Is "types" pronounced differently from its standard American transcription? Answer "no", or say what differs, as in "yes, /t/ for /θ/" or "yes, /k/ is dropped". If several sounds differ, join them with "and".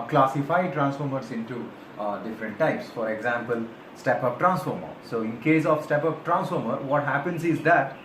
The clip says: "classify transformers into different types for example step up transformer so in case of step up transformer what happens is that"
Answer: no